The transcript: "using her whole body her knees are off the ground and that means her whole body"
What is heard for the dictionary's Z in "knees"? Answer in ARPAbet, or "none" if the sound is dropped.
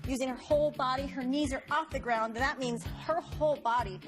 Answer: Z